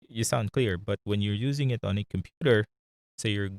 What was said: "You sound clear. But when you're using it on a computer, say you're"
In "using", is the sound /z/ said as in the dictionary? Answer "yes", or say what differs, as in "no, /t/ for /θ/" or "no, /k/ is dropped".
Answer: yes